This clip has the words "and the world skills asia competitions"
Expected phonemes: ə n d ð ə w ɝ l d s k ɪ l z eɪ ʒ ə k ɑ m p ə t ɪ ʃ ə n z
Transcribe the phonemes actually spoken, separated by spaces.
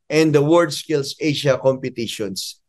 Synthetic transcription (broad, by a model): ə n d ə w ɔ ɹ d s k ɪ l s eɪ ʃ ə k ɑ m p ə t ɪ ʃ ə n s